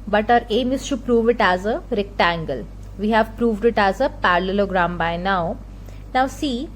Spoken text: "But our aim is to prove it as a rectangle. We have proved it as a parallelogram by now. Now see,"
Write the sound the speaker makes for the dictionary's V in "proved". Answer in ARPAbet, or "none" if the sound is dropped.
V